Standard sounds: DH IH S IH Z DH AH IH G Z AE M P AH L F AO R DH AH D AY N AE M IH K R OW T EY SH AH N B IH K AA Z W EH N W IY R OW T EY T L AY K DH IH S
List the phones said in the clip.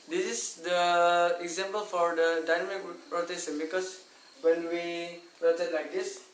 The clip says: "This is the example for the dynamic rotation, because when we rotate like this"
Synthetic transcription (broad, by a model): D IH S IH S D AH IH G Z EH M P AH L F AO R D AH D AY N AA M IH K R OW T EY S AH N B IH K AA S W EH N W IY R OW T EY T L AY K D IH S